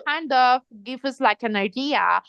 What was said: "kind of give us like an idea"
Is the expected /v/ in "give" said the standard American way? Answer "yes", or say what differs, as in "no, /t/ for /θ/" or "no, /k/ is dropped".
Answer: no, /f/ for /v/